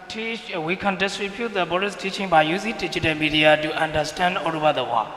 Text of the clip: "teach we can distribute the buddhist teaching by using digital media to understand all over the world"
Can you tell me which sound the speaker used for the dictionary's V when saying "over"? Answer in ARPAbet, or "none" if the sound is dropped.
B